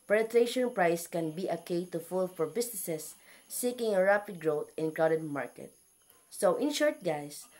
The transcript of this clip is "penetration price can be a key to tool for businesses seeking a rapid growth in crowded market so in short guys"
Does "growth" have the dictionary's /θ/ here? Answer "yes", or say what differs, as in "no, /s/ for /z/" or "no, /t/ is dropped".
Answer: no, /t/ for /θ/